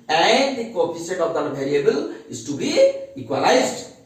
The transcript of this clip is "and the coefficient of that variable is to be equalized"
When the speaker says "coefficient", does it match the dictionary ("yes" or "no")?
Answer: no